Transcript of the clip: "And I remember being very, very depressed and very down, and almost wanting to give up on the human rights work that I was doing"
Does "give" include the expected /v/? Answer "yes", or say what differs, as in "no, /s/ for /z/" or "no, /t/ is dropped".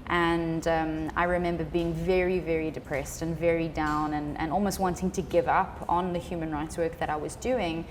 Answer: yes